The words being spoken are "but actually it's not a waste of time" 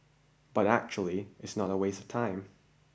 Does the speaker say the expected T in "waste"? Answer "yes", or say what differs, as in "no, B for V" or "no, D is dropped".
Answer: no, T is dropped